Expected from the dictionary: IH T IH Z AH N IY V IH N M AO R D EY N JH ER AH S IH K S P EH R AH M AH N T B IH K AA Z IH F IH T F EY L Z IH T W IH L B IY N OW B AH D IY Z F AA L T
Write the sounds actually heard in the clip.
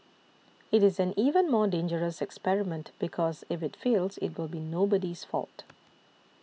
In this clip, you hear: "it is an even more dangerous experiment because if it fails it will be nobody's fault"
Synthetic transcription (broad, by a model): IH T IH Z AH N IY V IH N M AO D EY N JH ER AH S IH K S P EH R AH M AH N T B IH K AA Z IH F IH T F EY L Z IH T W IH L B IY N OW B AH D IY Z F AA L T